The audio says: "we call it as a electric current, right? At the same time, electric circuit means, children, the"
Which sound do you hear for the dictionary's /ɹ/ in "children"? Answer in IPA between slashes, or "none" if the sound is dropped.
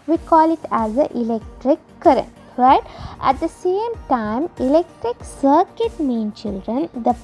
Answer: /ɹ/